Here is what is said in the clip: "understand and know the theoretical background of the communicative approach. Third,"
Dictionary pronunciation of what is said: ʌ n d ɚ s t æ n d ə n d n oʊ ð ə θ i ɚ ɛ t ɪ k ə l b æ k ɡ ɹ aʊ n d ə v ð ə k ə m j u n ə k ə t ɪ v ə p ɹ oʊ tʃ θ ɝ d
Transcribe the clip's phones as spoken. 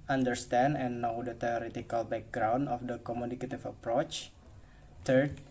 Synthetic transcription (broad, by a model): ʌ n d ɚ s t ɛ n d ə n n oʊ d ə t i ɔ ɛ t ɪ k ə l b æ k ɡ ɹ aʊ n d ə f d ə k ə m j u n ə k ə t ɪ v ə p ɹ oʊ tʃ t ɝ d